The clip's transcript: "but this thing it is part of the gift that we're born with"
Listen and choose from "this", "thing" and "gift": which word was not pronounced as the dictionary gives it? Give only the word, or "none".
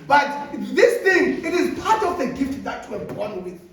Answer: none